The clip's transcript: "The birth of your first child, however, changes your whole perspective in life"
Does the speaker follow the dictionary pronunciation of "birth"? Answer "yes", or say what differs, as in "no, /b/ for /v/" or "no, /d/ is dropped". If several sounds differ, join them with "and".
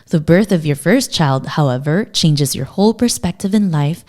yes